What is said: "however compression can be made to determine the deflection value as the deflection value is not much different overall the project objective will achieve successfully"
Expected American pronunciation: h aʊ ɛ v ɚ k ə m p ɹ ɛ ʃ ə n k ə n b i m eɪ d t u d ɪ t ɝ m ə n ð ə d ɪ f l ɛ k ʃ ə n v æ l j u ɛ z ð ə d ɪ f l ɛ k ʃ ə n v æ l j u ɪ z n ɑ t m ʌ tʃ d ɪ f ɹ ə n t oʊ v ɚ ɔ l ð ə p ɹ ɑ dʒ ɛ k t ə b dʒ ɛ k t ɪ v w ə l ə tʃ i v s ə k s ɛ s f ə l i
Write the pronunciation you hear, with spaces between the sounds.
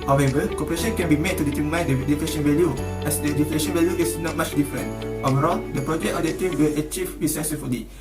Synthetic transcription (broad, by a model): h aʊ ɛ v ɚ k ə p ɹ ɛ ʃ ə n k ə n b i m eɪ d t u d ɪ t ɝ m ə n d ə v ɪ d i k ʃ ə n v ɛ l j u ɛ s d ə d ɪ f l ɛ ʃ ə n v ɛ l j u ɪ s n ɑ t m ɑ tʃ d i f ɹ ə n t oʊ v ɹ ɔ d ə p ɹ ɑ dʒ ɛ k t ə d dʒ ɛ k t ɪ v w ə l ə tʃ i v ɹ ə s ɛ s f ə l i